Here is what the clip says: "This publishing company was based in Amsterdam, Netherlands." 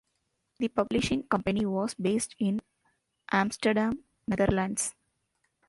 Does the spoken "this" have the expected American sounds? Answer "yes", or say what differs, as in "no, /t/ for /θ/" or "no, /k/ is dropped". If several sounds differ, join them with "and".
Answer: no, /s/ is dropped